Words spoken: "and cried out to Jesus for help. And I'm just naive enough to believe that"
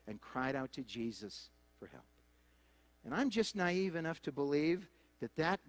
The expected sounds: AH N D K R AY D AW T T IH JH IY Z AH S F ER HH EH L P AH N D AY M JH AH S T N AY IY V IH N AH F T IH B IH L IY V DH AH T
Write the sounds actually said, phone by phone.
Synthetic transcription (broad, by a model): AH N K R AY D AW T T IH JH IY Z AH S F ER HH EH L P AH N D AY M JH AH S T N AY IY V IH N AH F T IH B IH L IY V DH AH T